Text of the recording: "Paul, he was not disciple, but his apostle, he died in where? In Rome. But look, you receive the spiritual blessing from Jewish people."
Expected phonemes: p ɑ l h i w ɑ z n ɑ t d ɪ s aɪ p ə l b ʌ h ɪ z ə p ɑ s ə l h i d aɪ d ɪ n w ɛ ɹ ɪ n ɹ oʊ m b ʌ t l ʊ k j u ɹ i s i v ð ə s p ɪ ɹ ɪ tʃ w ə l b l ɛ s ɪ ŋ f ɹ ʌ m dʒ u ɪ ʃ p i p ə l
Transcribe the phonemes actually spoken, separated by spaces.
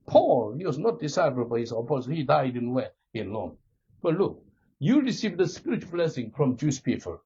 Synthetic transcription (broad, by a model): p ɑ l h i w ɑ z n ɑ t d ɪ s aɪ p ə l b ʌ h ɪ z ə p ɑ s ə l h i d aɪ d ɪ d w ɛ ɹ ɪ n l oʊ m b ʌ t l ʊ k j u ɹ i s i v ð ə s p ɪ ɹ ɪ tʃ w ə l b l ɛ s ɪ ŋ f ɹ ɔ m dʒ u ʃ p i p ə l